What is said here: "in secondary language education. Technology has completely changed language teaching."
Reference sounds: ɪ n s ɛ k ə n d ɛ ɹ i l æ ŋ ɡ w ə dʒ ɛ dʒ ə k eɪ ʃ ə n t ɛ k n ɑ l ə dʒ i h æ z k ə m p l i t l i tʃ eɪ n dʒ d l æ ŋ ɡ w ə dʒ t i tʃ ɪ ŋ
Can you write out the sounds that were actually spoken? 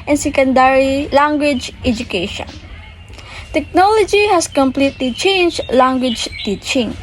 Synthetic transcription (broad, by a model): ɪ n s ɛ k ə n d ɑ ɹ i l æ ŋ ɡ w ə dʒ ɛ dʒ ə k eɪ ʃ ə n t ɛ k n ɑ l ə dʒ i h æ s k ə m p l i t l i tʃ eɪ n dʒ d l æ ŋ ɡ w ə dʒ t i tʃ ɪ ŋ